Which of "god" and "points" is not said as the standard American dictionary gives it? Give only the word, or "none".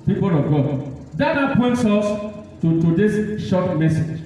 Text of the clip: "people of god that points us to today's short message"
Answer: none